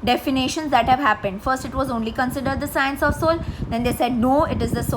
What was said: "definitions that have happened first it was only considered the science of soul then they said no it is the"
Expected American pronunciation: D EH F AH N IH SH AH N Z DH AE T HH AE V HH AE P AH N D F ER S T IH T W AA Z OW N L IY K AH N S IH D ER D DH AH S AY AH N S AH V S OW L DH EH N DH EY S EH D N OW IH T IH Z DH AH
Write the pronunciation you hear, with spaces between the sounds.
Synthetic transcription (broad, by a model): D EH F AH N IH SH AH N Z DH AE T HH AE V HH AE P AH N D F ER S T IH T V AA Z OW N L IY K AH N S IH D ER D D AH S AY AH N S AH V S OW L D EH N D EY S EH D N OW IH T IH Z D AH